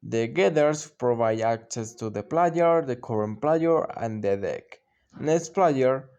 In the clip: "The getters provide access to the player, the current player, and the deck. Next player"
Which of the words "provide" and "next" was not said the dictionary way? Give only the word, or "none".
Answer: next